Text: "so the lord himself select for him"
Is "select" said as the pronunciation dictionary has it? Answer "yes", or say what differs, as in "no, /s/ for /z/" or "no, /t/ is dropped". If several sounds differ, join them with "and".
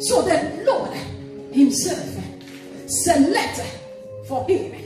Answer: no, /k/ is dropped